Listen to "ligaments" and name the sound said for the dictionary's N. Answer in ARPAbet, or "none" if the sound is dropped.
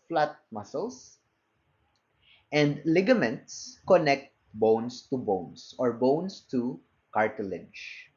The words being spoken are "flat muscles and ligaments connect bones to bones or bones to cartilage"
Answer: N